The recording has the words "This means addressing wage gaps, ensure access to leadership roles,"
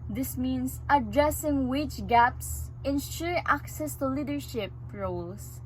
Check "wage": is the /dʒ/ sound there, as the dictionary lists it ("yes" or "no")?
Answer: no